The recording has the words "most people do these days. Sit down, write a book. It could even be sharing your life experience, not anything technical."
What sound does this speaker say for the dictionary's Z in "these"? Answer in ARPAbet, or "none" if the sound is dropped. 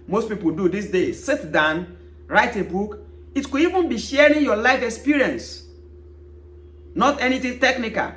S